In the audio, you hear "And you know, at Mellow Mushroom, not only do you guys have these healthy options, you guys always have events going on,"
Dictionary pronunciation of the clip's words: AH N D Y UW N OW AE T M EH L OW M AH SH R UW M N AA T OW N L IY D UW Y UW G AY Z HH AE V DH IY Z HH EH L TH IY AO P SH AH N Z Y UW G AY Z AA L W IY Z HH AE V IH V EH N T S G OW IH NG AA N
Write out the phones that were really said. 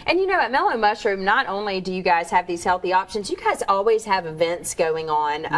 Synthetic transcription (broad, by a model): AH N Y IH N OW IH T M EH L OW M AH SH R UW M N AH T OW N L IY D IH Y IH G AY Z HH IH V DH IY Z HH EH L TH IY AO P SH AH N Z Y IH G AY Z AA L W IY Z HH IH V IH V EH N T S G OW IH NG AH N